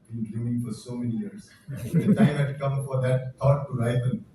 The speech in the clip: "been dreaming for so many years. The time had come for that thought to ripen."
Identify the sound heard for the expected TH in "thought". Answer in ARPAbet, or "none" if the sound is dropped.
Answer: T